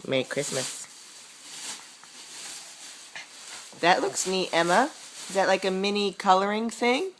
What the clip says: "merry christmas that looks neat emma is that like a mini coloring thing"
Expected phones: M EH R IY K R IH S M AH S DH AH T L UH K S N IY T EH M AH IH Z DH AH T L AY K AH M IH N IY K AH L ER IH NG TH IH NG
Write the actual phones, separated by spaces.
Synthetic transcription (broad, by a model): M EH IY K R IH S M AH S DH AH T L UH K S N IY T EH M AH IH Z DH AH T L AY K AH M IH N IY K AH L ER IH NG TH IH NG